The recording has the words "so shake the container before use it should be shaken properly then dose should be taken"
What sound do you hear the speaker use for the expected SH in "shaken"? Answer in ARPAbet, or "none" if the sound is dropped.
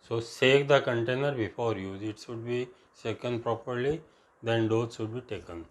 S